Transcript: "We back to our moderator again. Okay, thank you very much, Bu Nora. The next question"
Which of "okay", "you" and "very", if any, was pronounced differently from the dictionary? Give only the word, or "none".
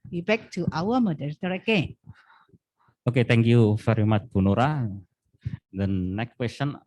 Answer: very